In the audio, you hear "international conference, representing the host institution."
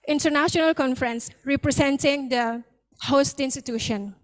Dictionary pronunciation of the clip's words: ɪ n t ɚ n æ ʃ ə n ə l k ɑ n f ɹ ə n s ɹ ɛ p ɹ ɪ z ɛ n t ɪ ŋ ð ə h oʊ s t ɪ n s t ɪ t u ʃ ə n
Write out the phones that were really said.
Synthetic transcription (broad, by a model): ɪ n t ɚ n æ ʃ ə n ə l k ɑ n f ɹ ə n s ɹ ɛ p ɹ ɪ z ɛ n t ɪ ŋ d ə h oʊ s t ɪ n s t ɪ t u ʃ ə n